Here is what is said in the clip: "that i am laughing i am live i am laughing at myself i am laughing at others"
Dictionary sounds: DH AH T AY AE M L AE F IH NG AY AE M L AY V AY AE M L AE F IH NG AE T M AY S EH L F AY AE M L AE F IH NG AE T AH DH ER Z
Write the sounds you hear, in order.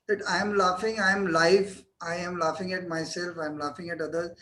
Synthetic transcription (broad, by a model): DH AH T AY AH M L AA F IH NG AY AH M L AY F AY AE M L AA F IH NG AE T M AY S EH L F AY M L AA F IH NG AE T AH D ER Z